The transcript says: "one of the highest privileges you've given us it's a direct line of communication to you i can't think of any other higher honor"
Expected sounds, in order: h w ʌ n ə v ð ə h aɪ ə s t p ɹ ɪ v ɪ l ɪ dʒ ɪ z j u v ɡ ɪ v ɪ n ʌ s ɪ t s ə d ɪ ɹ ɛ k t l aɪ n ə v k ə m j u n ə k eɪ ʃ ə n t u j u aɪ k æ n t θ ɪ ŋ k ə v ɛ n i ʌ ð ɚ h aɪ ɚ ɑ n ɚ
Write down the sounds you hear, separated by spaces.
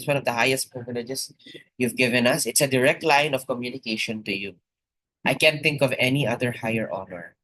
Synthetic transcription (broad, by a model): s w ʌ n ə v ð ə h aɪ ə s t p ɹ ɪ v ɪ l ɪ dʒ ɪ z j u v ɡ ɪ v ɪ n ʌ s ɪ t s ə d ɪ ɹ ɛ k t l aɪ n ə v k ə m j u n ə k eɪ ʃ ə n t u j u aɪ k æ n t θ ɪ ŋ k ə v ɛ n i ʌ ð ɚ h aɪ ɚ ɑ n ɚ